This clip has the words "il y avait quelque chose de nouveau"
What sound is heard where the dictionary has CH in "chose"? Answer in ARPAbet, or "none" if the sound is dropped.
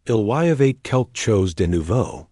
CH